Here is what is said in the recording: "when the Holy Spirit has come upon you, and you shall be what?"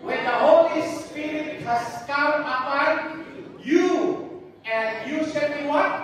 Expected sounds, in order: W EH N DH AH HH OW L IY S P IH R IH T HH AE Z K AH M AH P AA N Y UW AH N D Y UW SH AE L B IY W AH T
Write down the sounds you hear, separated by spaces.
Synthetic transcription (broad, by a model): W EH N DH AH HH OW L IY S P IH R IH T HH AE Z K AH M AH P AA N Y UW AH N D Y UW S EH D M IY W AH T